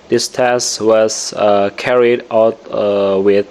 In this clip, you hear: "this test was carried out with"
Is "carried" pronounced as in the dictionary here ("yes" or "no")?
yes